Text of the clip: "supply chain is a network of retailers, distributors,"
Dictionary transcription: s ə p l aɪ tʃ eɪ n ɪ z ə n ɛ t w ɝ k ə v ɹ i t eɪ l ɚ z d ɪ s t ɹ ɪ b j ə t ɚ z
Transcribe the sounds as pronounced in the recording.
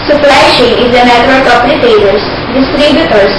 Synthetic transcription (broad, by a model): s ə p l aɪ ʃ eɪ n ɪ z ə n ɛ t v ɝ k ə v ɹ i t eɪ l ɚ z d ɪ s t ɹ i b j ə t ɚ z